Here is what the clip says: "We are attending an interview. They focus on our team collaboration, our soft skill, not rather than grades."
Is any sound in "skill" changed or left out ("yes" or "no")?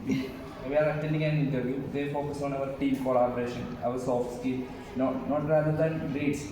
yes